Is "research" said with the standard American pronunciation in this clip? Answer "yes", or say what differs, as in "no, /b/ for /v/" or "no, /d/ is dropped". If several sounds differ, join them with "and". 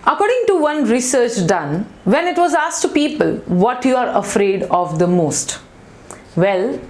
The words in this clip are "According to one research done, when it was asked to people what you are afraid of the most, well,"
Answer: yes